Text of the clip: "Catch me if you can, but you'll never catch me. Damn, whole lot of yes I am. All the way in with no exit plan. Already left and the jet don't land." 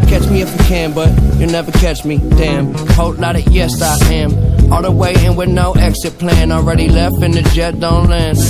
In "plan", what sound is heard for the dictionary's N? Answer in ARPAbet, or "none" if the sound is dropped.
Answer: N